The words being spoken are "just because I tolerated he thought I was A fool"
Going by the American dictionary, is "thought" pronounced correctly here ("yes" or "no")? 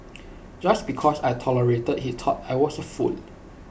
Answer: no